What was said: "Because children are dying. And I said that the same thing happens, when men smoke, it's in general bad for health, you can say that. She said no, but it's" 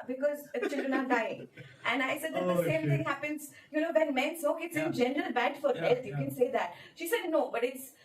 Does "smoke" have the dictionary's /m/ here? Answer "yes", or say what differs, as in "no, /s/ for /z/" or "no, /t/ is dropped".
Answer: no, /m/ is dropped